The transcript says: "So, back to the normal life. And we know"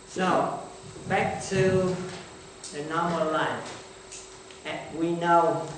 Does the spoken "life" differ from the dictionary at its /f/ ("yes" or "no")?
yes